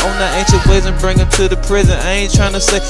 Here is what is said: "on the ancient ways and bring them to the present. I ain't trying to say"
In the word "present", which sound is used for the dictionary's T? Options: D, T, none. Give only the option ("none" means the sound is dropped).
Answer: none